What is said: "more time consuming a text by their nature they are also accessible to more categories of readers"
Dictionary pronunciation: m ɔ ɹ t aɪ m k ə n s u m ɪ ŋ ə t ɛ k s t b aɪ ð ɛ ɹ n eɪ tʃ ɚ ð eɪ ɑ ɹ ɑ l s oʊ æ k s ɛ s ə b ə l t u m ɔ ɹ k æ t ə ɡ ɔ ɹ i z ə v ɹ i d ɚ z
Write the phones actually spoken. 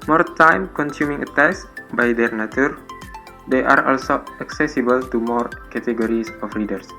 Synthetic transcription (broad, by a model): m ɔ ɹ t aɪ m k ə n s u m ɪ ŋ ə t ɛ s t b aɪ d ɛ ɹ n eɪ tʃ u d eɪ ɑ ɹ ɑ l s oʊ æ k s ɛ s ə b ə l t u m ɔ ɹ k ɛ t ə ɡ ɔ ɹ i s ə f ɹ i d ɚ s